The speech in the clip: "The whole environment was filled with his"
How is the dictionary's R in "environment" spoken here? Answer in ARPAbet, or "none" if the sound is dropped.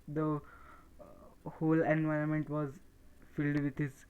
R